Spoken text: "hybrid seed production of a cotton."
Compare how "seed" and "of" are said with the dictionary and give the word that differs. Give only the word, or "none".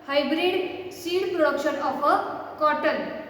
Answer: of